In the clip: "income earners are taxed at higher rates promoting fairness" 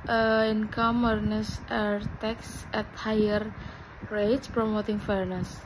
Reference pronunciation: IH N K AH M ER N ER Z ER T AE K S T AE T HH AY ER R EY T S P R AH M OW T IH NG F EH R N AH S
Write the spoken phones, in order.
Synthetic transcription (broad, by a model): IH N K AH M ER N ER S ER T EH K S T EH T HH AY ER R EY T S P R AH M OW T IH NG F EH R N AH S